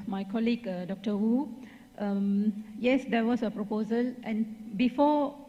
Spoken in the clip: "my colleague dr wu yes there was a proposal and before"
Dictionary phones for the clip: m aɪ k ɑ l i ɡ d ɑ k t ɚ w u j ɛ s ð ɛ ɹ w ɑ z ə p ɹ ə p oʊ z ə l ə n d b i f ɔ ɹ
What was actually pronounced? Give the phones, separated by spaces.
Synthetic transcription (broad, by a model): m aɪ k ɑ l i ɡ d ɑ k t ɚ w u j ɛ s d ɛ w ɑ s ə p ɹ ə p oʊ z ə l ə n b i f ɔ